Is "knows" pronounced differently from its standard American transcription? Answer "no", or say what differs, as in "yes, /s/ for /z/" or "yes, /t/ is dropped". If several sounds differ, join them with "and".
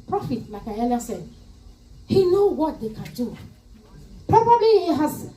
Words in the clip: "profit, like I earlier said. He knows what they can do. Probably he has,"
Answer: yes, /z/ is dropped